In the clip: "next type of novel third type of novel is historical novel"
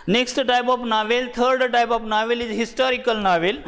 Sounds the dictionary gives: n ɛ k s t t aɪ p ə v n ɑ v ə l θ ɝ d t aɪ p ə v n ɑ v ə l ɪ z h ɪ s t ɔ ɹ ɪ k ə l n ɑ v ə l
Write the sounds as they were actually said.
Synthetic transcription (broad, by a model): n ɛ k s t t aɪ p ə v n ɑ v ə l t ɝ d t aɪ p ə f n ɑ v ə l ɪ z h ɪ s t ɔ ɹ ɪ k ə l n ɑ v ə l